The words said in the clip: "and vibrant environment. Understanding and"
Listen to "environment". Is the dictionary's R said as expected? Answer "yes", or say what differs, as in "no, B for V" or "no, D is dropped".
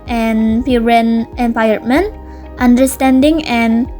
no, R is dropped